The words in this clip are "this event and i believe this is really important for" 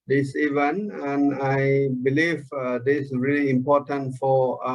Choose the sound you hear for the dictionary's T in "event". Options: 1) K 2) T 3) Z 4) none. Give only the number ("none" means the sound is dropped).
4